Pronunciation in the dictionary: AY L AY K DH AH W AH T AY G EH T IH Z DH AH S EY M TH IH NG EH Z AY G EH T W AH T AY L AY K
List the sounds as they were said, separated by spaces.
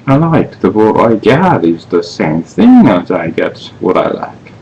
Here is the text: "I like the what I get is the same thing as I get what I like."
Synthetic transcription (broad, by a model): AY L AY K DH AH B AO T AY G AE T IH Z DH AH S EY M TH IH NG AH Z AY G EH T W AH T AY L AY K